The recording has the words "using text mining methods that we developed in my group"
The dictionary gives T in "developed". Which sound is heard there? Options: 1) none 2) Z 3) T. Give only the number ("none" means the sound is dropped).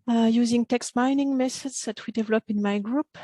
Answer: 1